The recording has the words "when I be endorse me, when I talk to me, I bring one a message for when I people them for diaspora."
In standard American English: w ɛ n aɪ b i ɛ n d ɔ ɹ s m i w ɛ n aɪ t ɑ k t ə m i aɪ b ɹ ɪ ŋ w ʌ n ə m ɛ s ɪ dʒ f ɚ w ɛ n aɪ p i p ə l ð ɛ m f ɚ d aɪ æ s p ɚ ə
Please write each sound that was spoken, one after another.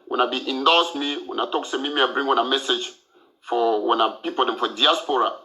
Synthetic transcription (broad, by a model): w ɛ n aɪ b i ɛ n d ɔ s m i w ɛ n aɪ t ɑ k s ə m i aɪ b ɹ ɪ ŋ w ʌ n ə m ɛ s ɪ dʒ f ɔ w ɛ n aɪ p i p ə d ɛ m f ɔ d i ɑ s p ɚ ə